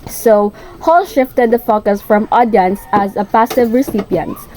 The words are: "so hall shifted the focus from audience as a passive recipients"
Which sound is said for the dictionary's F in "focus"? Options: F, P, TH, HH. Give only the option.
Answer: F